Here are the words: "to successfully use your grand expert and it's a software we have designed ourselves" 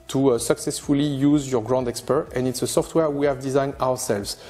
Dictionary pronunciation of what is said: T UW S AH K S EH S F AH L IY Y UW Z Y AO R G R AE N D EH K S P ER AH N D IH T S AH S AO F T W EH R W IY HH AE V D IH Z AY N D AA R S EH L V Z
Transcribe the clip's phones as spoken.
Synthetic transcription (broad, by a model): T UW S AH K S EH S F AH L IY Y UW Z Y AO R G R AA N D EH K S P ER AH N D IH T S AH S AO F T W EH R W IY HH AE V D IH Z AY N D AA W S EH L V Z